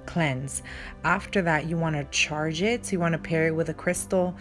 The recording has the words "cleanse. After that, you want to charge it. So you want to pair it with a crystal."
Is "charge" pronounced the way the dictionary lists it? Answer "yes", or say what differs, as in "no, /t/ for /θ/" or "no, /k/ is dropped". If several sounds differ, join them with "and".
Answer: yes